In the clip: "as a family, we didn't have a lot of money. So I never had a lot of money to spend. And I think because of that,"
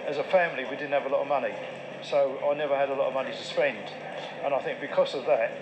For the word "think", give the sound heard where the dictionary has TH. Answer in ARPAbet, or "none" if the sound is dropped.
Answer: TH